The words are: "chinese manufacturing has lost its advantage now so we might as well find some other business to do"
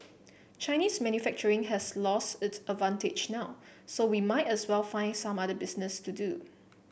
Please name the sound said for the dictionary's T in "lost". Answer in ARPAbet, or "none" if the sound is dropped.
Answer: T